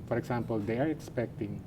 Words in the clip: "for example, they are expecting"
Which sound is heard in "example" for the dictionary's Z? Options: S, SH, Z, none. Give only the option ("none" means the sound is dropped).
S